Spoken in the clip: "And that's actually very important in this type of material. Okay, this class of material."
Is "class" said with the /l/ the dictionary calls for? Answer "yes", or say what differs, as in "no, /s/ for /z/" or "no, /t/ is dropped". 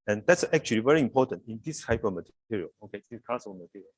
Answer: no, /l/ is dropped